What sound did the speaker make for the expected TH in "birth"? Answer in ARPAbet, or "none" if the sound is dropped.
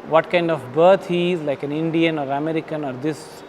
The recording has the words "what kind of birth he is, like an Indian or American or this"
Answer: T